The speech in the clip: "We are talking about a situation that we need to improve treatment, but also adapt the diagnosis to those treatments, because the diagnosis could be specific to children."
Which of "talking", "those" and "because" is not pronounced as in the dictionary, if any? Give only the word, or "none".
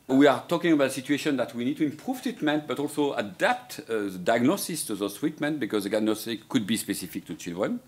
those